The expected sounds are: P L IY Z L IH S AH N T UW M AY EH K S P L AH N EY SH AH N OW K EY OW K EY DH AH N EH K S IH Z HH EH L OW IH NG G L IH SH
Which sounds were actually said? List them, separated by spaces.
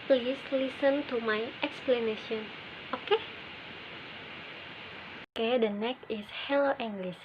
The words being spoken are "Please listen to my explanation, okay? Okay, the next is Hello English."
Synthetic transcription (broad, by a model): P L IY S L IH S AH N T UW M AY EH K S P L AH N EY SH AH N OW K EY OW K EY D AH N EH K IH S HH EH L OW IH NG G L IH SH